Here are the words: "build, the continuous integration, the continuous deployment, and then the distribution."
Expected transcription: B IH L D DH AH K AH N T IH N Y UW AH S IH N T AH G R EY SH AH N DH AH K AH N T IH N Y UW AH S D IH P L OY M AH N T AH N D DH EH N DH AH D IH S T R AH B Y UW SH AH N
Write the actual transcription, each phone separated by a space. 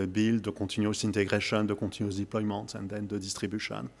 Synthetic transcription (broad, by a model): B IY L D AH K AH T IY N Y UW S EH N T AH G R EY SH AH N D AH K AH T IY N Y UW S D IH P L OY M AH T AH N D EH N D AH D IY S T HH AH B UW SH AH N